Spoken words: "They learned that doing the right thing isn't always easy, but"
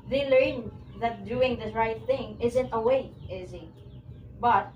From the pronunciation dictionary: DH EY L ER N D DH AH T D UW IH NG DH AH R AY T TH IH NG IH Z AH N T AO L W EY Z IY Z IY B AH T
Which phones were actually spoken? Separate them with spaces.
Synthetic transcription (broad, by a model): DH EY L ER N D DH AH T D UW IH NG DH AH R AY T TH IH NG IH Z AH N T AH W EY IH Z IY B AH T